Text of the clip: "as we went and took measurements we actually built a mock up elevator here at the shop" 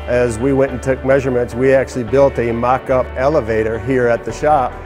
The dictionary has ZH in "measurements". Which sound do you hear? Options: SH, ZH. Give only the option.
ZH